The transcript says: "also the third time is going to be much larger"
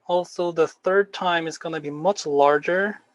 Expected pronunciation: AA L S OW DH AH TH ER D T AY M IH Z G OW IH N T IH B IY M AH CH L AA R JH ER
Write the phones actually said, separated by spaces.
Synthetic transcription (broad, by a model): AA L S OW DH AH TH ER D T AY M IH Z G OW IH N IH B IY M AH CH L AA R JH ER